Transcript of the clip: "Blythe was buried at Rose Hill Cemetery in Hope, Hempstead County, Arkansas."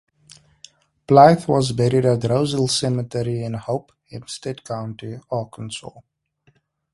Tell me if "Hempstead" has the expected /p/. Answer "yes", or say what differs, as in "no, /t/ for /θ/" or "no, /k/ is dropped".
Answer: no, /p/ is dropped